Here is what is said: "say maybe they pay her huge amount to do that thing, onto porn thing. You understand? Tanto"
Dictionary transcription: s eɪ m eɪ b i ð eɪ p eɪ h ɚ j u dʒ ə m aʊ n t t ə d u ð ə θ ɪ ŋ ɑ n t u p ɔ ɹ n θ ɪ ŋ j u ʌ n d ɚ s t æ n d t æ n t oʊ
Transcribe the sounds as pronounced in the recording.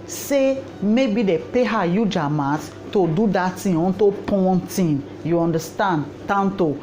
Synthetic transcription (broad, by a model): s eɪ m eɪ b i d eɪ p eɪ h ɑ j u dʒ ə m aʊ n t t ə d u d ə t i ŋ ɑ n t u p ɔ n t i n j u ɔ n d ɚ s t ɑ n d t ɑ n t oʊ